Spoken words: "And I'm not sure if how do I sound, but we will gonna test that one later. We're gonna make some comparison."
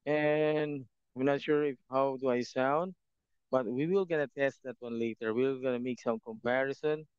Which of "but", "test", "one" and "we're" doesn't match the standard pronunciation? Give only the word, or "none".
we're